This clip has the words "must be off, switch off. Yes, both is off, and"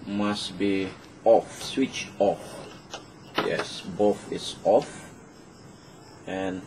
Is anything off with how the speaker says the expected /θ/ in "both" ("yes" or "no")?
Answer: yes